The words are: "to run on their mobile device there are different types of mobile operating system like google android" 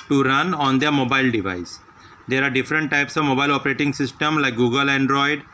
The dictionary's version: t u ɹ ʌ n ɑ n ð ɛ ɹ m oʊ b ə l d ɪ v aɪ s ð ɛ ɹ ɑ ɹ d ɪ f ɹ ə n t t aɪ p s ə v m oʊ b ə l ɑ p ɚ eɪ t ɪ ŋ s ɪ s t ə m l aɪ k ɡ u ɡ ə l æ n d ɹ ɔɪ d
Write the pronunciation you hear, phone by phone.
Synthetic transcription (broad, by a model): t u ɹ ʌ n ɑ n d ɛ ɹ m oʊ b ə l d ɪ v aɪ s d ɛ ɹ ɑ ɹ d ɪ f ɹ ə n t t aɪ p s ə v m oʊ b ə l ɑ p ɚ eɪ t ɪ ŋ s ɪ s t ə m l aɪ k ɡ u ɡ ə l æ n d ɹ ɔɪ d